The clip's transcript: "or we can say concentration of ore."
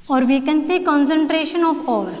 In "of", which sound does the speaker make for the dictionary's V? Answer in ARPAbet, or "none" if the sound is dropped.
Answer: P